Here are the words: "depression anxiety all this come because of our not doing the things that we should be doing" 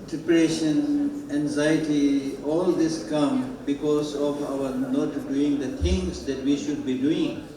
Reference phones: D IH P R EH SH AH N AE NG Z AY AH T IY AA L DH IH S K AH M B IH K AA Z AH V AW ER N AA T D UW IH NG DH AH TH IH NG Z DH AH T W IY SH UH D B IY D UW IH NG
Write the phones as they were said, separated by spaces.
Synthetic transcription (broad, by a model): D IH P R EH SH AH N AE NG Z AY AH T IY AA L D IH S K AH M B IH K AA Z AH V AW ER N AA T D UW IH NG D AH T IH NG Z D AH T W IY SH UH D B IY D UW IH NG